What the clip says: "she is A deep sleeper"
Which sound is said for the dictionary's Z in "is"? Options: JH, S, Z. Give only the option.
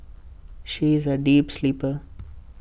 Z